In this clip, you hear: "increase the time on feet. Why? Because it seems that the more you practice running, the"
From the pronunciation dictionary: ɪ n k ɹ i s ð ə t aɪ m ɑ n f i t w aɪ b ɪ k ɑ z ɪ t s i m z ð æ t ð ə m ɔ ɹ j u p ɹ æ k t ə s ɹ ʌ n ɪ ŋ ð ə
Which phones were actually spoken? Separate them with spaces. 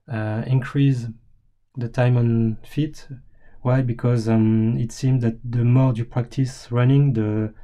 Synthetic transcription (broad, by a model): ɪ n k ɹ i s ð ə t aɪ m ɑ n f i t w aɪ b ɪ k ɑ z ɪ t s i m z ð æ t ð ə m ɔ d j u p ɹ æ k t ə s ɹ ʌ n ɪ ŋ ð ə